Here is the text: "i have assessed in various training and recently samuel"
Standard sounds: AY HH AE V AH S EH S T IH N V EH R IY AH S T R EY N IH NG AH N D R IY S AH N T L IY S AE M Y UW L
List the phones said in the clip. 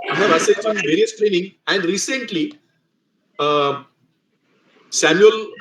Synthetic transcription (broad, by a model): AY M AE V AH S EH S IH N V EH R IY AH S T R EY N IH NG AH N D R IY S AH N T L IY S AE M Y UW L